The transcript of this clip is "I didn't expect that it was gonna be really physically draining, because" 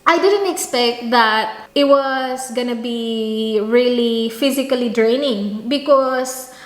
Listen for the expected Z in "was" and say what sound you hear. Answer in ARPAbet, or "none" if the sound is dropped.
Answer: S